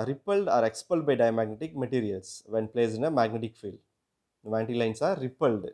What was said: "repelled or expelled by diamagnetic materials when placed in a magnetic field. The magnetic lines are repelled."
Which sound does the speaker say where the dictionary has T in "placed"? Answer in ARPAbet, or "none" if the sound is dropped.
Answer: none